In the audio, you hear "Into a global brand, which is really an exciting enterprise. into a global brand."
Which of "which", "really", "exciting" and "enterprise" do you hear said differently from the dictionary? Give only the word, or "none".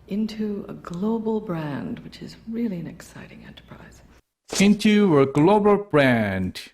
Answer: none